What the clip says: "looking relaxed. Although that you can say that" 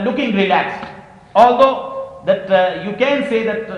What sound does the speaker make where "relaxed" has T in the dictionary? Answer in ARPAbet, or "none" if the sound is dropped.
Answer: none